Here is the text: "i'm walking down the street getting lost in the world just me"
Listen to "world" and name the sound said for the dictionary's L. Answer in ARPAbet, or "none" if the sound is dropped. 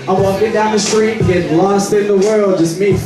L